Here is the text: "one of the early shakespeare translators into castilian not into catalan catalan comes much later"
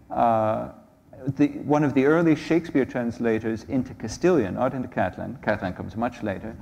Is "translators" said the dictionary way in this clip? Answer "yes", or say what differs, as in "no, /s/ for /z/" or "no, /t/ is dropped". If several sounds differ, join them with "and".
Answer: yes